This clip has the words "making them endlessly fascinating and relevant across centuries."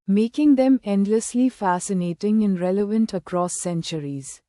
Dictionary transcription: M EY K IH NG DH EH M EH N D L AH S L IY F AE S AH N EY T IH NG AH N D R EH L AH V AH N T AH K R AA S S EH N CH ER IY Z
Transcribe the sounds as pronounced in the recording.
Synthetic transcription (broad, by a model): M EY K IH NG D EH M EH N D L AH S L IY F AE S AH N EY T IH NG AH N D R EH L AH V AH N T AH K R AA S S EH N CH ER IY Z